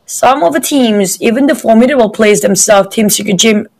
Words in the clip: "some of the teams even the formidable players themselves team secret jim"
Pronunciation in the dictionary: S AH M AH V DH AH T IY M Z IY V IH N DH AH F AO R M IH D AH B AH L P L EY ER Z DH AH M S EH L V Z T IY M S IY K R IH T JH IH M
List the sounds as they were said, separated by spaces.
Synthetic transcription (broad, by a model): S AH M AH V DH AH T IY M Z IY V IH N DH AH F AO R M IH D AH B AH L P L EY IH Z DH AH M S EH L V T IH M S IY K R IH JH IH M